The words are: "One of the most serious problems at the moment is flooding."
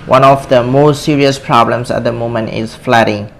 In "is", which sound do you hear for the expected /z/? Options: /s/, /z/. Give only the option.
/s/